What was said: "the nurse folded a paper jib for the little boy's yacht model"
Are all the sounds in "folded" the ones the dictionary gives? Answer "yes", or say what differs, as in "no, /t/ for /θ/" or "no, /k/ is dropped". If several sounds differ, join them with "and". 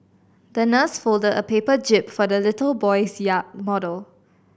yes